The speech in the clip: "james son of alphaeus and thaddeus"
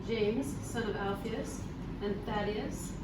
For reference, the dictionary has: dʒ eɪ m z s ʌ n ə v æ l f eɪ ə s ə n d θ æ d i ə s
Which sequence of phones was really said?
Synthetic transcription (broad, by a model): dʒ eɪ m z s ʌ n ə v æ l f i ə s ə n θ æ d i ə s